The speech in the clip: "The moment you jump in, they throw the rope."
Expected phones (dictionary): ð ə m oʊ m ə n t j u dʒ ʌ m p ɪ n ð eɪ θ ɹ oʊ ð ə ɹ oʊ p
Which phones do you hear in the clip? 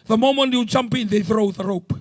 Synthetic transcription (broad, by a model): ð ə m oʊ m ə n t j u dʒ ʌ m p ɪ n ð eɪ θ ɹ oʊ ð ə ɹ oʊ p